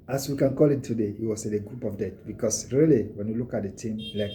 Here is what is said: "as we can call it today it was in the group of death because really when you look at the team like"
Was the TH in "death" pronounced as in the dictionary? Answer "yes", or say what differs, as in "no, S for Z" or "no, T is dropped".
no, T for TH